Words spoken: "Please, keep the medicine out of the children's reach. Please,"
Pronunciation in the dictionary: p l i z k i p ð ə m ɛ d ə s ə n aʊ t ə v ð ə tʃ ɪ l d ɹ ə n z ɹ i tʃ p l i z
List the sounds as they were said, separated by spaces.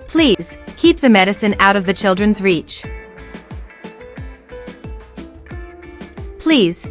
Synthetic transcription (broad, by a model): p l i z k i p ð ə m ɛ d ə s ə n aʊ t ə v ð ə tʃ ɪ l d ɹ ə n z ɹ i tʃ p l i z